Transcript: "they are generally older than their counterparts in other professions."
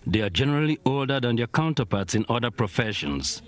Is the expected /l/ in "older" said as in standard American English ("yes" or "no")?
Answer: yes